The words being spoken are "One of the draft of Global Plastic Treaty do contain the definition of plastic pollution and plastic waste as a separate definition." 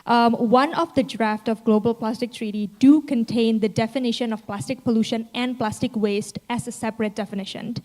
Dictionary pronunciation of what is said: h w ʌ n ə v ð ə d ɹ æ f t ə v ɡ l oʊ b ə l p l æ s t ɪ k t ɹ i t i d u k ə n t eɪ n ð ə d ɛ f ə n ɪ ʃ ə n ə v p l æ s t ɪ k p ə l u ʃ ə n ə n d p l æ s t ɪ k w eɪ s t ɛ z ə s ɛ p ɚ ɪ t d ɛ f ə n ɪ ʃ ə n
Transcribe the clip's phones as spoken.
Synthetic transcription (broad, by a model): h w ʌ n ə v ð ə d ɹ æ f t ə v ɡ l oʊ b ə l p l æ s t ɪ k t ɹ i t i d u k ə n t eɪ n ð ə d ɛ f ə n ɪ ʃ ə n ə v p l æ s t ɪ k p ə l u ʃ ə n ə n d p l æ s t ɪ k w eɪ s t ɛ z ə s ɛ p ɚ ɪ t d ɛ f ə n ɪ ʃ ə n